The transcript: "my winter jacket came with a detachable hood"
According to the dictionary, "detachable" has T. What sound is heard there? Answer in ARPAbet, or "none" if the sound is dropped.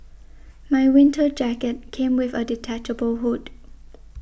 T